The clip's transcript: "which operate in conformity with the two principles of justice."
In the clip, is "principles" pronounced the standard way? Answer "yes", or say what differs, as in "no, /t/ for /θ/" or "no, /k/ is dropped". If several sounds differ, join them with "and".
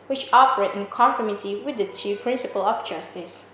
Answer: no, /z/ is dropped